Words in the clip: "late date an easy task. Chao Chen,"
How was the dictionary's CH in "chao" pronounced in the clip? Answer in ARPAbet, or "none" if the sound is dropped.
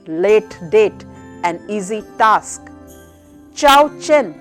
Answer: CH